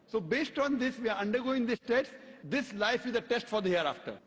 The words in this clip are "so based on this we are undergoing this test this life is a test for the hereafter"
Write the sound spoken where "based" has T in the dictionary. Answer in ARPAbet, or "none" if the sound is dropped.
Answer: T